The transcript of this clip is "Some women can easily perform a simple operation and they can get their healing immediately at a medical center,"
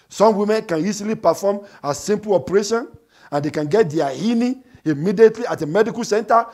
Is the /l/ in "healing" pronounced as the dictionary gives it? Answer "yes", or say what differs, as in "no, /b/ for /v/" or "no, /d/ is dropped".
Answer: no, /n/ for /l/